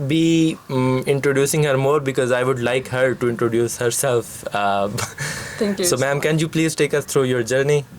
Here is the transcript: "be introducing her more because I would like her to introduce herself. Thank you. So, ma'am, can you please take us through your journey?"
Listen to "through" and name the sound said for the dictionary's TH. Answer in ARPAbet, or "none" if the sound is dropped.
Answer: T